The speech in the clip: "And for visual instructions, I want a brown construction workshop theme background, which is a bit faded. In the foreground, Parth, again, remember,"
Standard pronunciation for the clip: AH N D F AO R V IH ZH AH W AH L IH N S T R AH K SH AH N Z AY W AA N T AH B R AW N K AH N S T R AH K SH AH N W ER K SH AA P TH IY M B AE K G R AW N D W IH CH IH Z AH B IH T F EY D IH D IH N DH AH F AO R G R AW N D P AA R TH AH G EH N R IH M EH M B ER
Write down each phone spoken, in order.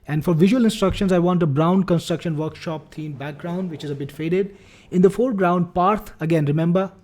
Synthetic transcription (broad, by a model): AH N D F AO R V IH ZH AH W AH L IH N S T R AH K SH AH N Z AY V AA N T AH B R AW N K AH N S T R AH K SH AH N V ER K SH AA P T IY M B AE K G R AW N D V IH CH IH Z AH B IH T F EY D IH D IH N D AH F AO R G R AW N D P AA R T AH G EH N R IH M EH M B ER